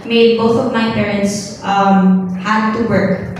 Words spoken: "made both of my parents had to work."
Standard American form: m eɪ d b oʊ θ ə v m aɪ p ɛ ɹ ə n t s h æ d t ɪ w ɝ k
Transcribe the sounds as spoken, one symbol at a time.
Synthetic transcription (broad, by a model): m eɪ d b oʊ θ ə v m aɪ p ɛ ɹ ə n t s h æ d t ɪ w ɝ k